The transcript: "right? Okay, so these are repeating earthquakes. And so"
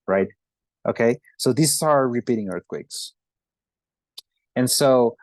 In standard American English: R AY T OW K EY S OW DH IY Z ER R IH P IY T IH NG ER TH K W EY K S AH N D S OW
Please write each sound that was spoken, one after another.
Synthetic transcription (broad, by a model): R AY T OW K EY S OW DH IY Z ER R IH P IY T IH NG ER TH K W EY K S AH N S OW